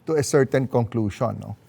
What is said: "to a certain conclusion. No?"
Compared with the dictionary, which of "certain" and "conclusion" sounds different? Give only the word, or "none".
conclusion